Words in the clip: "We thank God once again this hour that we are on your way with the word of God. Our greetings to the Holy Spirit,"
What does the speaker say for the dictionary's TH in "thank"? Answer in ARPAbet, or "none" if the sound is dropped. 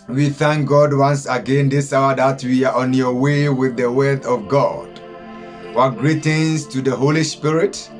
TH